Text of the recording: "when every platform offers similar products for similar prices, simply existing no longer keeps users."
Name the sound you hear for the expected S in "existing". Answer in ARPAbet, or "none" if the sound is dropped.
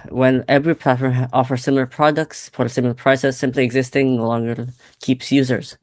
S